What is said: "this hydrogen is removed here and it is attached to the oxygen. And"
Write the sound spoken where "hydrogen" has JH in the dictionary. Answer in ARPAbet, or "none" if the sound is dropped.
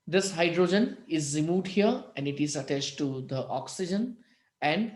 JH